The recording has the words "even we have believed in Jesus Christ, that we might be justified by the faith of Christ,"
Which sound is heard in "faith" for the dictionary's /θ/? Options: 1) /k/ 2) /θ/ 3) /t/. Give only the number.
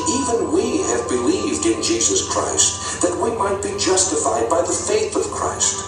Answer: 2